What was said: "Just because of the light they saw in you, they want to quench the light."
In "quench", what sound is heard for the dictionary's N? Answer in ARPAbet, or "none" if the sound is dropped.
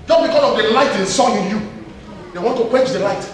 none